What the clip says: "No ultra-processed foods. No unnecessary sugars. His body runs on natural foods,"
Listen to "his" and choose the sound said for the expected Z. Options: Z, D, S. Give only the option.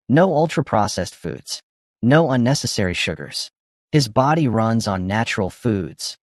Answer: Z